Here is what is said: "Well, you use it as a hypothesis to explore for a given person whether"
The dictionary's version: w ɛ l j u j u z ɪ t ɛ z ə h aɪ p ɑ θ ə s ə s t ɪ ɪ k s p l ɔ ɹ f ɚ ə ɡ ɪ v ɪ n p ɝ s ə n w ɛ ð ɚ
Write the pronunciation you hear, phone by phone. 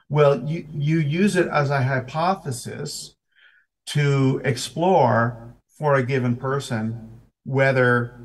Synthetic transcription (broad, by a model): w ɛ l j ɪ j u z ɪ t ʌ z ə h aɪ p ɑ θ ə s ə s t ɪ ɪ k s p l ɔ ɹ f ɚ ə ɡ ɪ v ɪ n p ɝ s ə n w ɛ ð ɚ